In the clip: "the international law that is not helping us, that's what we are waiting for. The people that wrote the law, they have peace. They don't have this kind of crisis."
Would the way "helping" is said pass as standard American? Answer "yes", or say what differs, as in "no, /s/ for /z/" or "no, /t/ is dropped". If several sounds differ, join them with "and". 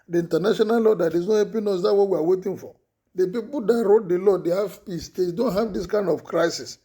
no, /l/ is dropped